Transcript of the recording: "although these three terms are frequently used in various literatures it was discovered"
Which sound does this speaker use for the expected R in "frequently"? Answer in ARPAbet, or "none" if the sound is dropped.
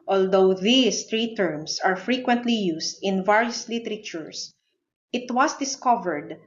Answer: R